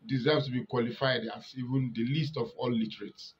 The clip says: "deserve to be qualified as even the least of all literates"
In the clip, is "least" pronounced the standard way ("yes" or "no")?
yes